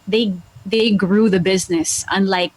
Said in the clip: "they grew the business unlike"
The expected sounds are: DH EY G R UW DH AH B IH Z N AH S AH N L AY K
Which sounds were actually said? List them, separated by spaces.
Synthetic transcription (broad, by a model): DH EY G R UW DH AH B IH Z N AH S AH N L AY K